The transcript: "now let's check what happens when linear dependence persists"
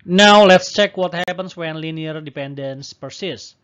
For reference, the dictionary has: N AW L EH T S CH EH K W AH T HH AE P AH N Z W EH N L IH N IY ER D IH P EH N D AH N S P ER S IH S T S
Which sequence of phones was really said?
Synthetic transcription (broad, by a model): N AW L EH T S CH EH K W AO T HH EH P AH N S W EH N L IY N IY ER D IH P EH N D AH N S P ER S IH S S